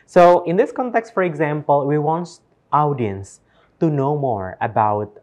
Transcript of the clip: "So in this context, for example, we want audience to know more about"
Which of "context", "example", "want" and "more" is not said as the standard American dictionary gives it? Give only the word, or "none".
none